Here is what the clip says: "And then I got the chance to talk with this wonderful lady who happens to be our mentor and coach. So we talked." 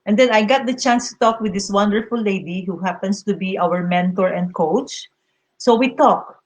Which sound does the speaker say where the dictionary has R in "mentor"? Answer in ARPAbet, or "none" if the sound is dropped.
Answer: R